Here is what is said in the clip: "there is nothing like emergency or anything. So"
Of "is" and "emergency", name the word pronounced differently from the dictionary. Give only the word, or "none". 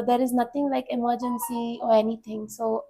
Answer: none